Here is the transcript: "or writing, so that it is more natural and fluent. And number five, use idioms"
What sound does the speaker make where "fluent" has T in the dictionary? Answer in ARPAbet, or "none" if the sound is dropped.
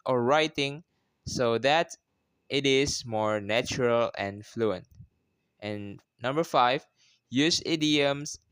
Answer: T